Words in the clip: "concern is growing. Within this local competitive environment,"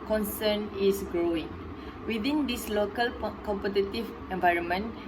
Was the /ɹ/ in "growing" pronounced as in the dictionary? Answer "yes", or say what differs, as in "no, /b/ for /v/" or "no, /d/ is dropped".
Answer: yes